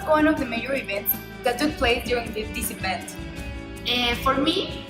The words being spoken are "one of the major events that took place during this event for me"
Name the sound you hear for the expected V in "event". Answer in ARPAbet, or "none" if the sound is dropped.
P